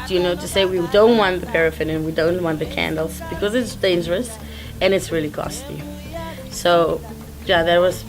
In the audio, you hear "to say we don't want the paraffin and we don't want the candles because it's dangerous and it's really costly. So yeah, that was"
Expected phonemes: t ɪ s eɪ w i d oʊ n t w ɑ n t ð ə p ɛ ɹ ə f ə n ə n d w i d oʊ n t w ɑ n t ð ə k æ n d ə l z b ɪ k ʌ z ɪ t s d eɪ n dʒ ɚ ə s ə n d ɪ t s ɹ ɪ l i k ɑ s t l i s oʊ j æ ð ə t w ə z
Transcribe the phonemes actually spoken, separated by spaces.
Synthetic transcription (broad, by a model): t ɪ s eɪ w i d oʊ n t w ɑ n ð ə p ɛ ɹ ə f ə n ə n w i d oʊ n t w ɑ n ð ə k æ n d l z b ɪ k ʌ z ɪ t s d eɪ n dʒ ɚ ə s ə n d ɪ t s ɹ ɪ l i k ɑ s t i s oʊ j æ ð ə t w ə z